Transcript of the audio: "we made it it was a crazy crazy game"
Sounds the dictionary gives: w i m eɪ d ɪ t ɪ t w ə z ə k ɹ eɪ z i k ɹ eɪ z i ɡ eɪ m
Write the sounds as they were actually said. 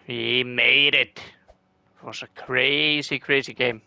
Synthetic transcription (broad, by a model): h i m eɪ ɪ t ɪ t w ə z ə k ɹ eɪ z i k ɹ eɪ z i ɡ eɪ m